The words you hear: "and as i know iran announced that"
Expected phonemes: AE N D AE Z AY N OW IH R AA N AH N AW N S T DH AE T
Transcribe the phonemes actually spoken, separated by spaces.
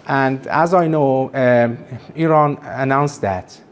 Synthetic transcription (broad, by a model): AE N D AE Z AY N OW IH R AA N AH N AW N S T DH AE T